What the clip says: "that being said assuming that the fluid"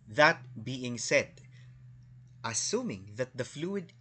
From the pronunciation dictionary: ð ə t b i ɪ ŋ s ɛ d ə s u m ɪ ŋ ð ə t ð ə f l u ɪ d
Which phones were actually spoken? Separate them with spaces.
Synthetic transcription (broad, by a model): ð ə t b i ɪ ŋ s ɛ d ə s u m ɪ ŋ ð ə t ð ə f l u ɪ d